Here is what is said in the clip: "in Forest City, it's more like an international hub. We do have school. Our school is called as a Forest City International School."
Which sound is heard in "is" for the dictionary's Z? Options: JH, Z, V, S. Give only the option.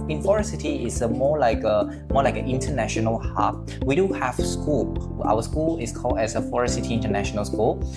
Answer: S